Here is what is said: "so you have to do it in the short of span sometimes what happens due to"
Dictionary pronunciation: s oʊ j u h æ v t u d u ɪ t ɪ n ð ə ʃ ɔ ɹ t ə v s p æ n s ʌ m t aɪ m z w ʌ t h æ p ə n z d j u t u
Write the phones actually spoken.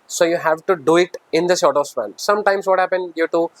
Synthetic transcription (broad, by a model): s oʊ j u h æ v t u d u ɪ t ɪ n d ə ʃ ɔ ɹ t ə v s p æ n s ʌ m t aɪ m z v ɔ t h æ p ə n d j u t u